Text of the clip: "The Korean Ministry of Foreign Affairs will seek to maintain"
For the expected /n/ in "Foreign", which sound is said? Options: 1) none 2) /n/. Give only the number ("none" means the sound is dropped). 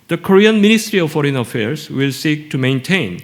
2